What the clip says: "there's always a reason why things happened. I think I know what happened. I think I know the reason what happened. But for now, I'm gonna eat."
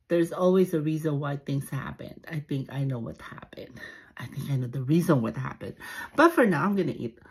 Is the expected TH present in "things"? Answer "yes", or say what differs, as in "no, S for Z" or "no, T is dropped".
yes